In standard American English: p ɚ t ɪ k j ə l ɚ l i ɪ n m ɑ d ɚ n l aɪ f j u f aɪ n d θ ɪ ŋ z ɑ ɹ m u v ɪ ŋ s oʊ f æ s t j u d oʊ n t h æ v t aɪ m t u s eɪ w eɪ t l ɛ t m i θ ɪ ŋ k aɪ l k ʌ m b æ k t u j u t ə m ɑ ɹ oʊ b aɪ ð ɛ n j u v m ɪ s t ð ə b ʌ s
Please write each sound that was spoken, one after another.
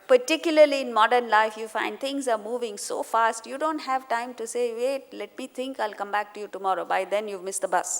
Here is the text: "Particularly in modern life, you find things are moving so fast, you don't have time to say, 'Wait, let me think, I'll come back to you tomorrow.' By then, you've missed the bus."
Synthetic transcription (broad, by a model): p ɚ t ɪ k j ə l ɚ l i ɪ n m ɑ d ɚ n l aɪ f j u f aɪ n d t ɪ ŋ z ɑ ɹ m u v ɪ ŋ s oʊ f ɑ s t j u d oʊ n t h æ v t aɪ m t u s eɪ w eɪ t l ɛ t m i t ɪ ŋ k aɪ l k ʌ m b æ k t u j u t ə m ɑ ɹ oʊ b aɪ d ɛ n j u v m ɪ s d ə b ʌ s